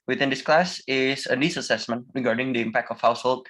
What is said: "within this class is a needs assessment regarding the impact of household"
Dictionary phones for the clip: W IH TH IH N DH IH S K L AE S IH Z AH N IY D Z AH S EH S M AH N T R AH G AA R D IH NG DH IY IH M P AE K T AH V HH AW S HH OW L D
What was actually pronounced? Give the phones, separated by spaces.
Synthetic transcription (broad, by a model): W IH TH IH N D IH S K L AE S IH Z AH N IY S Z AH S EH S M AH N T R AH G AA R D IH NG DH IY IH M P AE K T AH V HH AW S HH OW L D